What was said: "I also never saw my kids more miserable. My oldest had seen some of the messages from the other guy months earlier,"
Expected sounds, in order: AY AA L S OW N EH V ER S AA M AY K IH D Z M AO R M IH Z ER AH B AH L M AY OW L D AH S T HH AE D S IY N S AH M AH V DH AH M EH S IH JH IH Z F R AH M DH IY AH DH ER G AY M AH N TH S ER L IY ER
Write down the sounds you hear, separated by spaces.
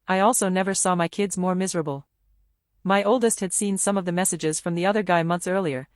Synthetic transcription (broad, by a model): AY AA L S OW N EH V ER S AA M AY K IH D Z M AO R M IH Z ER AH B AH L M AY OW L D AH S T HH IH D S IY N S AH M AH V DH AH M EH S IH JH IH Z F R AH M DH IY AH DH ER G AY M AH N TH S ER L IY ER